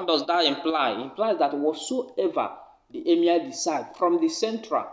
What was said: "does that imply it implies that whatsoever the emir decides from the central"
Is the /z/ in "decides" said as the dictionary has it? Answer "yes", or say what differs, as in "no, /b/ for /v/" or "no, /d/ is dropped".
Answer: no, /z/ is dropped